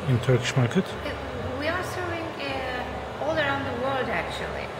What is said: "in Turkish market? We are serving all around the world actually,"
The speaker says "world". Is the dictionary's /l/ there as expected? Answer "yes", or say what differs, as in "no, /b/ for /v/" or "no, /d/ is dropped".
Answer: yes